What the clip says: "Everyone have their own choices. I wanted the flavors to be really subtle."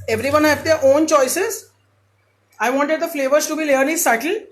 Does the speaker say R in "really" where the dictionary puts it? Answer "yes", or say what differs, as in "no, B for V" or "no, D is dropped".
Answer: no, L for R